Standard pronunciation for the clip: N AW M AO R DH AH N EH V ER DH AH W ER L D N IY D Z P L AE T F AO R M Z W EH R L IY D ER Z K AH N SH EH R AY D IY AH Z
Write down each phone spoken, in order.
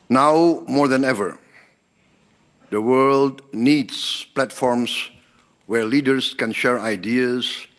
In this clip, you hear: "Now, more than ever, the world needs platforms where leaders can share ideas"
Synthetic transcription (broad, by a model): N AW M AO R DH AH N EH V ER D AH W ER L D N IY D S P L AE T F AO R M S W EH R L IY D ER S K AH N SH EH R AY D IY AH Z